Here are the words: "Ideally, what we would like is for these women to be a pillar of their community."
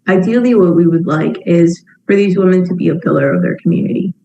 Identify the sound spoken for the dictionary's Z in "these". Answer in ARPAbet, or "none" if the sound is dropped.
Z